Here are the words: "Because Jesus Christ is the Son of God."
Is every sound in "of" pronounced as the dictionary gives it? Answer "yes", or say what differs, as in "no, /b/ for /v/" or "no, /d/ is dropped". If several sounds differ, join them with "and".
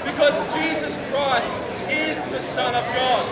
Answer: yes